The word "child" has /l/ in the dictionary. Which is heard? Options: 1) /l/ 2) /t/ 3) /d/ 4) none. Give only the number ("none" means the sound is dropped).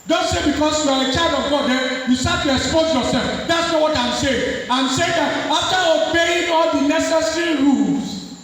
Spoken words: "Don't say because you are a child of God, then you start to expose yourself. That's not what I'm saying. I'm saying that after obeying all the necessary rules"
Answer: 4